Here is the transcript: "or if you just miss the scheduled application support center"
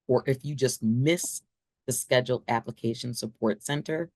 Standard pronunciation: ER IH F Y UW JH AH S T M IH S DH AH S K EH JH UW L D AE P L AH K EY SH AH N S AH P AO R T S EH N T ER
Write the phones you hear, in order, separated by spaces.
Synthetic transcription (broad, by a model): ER IH F Y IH JH AH S T M IH S DH AH S K EH JH L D AE P L AH K EY SH AH N S AH P AO R T S EH N T ER